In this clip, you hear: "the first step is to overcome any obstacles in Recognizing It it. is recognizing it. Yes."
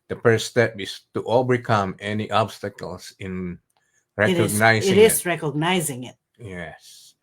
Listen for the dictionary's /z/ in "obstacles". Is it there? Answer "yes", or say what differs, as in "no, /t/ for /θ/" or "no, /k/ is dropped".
no, /s/ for /z/